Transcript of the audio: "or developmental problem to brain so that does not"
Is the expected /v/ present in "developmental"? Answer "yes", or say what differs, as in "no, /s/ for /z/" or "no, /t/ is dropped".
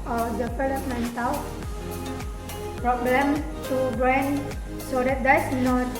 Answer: no, /p/ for /v/